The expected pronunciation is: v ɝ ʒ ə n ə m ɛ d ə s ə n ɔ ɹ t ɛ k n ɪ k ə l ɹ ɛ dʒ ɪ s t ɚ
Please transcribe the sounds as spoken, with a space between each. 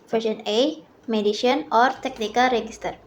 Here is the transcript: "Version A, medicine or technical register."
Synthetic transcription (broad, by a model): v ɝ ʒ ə n ə m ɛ d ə ʃ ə n ɔ ɹ t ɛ k n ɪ k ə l ɹ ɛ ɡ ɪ s t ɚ